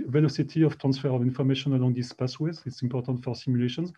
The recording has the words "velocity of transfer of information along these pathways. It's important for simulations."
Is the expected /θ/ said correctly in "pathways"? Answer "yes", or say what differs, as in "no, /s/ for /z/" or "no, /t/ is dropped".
no, /s/ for /θ/